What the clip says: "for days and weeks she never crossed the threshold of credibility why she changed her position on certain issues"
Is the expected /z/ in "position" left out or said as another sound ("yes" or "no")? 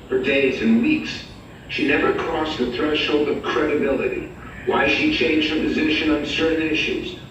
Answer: no